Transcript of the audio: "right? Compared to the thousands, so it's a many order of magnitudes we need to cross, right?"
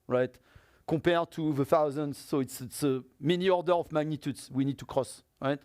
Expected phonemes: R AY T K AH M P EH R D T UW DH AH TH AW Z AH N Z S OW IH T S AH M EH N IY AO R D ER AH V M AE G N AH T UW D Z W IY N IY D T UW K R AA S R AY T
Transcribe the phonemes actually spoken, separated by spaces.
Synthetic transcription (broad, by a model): R AY T K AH P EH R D T UW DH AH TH AW Z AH N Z S IH T S AH M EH N IY AO R D ER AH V M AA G N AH T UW D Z W IY N IY D T UW K R AA S R AY T